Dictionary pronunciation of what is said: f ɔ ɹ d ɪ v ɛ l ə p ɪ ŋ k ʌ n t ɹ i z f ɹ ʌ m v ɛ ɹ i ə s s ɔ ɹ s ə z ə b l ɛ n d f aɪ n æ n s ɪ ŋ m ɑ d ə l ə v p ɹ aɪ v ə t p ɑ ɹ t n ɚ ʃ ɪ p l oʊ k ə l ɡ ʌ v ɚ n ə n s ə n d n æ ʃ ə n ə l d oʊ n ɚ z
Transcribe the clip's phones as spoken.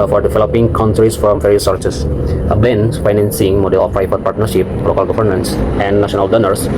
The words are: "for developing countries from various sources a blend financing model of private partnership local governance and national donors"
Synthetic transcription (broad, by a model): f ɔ ɹ d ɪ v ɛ l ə p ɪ ŋ k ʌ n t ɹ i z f ɹ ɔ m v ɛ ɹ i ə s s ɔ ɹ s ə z ə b ɛ n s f aɪ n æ n s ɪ ŋ m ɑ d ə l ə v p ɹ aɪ p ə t p ɑ ɹ t n ɚ ʃ ɪ p l oʊ k ə l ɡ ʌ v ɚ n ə n s ə n d n æ ʃ ə n ə l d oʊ n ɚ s